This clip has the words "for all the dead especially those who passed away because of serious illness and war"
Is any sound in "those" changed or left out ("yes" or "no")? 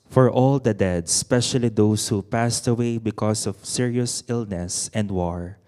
yes